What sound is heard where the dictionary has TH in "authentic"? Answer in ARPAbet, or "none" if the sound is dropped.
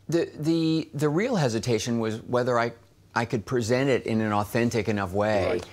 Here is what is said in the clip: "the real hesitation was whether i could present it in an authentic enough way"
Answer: TH